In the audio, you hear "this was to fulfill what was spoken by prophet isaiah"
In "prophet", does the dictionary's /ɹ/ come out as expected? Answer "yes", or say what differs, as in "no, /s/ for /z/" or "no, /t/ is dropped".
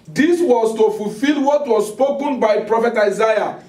yes